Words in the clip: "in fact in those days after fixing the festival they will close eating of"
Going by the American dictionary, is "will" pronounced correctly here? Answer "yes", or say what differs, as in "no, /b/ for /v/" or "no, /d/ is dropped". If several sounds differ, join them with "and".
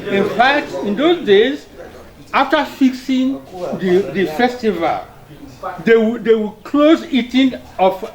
no, /w/ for /l/